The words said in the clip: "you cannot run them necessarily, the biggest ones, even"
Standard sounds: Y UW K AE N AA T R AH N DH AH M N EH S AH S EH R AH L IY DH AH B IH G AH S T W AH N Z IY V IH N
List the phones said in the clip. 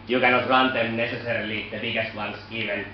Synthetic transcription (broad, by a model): Y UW K AE N AA T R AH N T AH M N EH S AH S EH R AH L IY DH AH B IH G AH S T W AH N S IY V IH N